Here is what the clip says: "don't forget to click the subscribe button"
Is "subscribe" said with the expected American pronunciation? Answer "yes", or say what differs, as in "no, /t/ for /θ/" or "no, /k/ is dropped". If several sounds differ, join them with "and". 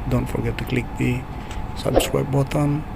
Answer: no, /w/ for /ɹ/